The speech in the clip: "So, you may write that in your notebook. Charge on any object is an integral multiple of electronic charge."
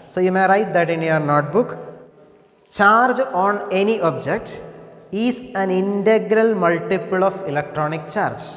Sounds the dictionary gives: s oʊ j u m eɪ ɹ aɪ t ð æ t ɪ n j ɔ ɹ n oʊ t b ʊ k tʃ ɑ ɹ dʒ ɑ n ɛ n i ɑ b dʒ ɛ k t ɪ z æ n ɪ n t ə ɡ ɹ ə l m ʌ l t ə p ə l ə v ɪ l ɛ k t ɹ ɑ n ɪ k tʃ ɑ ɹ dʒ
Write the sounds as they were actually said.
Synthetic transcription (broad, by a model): s oʊ j u m eɪ ɹ aɪ t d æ t ɪ n j ɔ ɹ n oʊ t b ʊ k tʃ ɑ ɹ dʒ ɑ n ɛ n i ɑ b dʒ ɛ k t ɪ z æ n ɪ n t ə ɡ ɹ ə l m ʌ l t ə p ə l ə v ɪ l ɛ k t ɹ ɑ n ɪ k tʃ ɑ ɹ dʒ